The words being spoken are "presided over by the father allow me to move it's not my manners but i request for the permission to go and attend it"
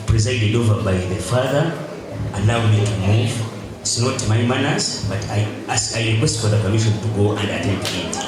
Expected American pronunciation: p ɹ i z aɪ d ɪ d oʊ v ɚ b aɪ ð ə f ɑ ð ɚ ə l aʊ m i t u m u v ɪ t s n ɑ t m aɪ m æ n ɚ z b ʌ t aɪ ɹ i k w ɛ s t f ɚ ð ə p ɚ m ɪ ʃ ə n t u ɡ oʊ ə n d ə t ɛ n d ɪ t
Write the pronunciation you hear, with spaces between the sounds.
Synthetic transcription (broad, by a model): p ɹ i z aɪ d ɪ d oʊ v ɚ b aɪ ð ə f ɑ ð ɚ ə n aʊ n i t u m u v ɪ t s n ɑ t m aɪ m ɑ n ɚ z b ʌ t aɪ ɹ i k w ɛ s t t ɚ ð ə f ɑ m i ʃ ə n t u ɡ oʊ ə n d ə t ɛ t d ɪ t